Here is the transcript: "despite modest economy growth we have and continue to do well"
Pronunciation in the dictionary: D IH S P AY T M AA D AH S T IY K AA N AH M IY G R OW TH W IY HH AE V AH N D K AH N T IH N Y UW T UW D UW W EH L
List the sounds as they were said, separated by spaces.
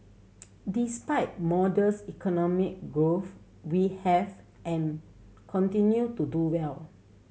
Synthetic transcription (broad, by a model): D IH S P AY T M AA D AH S IY K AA N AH M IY G R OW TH W IY HH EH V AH N K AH N T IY N Y UW T UW D UW W EH L